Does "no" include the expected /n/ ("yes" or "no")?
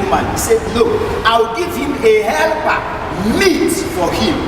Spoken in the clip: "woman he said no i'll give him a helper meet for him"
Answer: no